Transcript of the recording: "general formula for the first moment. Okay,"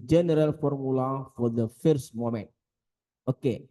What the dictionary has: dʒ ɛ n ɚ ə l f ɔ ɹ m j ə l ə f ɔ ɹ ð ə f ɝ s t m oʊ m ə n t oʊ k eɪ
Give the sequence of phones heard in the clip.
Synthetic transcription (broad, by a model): dʒ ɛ n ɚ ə l f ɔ ɹ m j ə l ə f ɔ ɹ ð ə f ɝ s t m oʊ m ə n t oʊ k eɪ